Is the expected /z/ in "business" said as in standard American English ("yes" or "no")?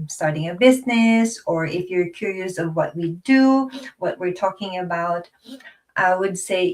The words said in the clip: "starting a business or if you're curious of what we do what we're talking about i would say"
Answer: yes